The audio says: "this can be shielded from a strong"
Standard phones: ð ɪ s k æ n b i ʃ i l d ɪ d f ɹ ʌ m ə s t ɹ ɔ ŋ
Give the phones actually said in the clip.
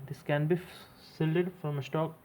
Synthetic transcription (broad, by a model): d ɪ s k æ n b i s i l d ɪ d f ɹ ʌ m ə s t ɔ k